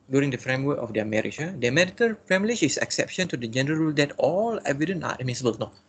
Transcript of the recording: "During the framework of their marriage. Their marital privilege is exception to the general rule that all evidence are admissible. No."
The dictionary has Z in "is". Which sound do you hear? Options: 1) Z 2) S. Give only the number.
2